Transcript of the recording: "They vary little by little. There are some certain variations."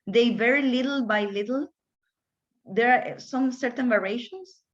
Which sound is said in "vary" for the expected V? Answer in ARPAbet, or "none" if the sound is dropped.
V